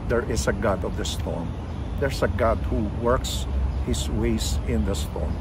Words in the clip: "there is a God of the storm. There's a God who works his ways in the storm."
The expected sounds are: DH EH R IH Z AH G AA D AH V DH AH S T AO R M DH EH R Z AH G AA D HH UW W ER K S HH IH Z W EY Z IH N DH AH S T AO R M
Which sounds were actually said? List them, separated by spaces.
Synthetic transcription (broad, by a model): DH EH R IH S AH G AA D AH V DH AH S T AO R M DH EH R S AH G AA D HH UW W ER K S HH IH S W EY S IH N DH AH S T AO R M